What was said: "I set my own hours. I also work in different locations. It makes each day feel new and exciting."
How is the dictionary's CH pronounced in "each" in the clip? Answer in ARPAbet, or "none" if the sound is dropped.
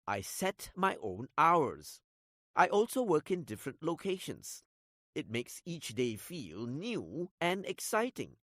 CH